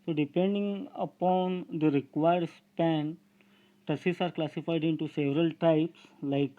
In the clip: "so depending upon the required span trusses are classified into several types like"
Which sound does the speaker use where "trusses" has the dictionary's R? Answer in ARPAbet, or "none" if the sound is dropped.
none